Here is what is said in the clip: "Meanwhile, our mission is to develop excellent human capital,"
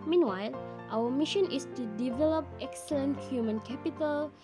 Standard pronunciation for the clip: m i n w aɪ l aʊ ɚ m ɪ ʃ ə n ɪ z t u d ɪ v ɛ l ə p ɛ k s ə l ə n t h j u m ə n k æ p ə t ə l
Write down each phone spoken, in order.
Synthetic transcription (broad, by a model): m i n w aɪ l aʊ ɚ m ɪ ʃ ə n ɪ s t u d ɪ v ɛ l ə p ɛ k s ə l ə n t h j u m ə n k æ p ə t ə l